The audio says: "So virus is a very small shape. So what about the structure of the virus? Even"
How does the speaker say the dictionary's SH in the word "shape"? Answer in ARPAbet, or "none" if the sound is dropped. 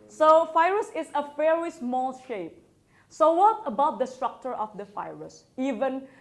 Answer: SH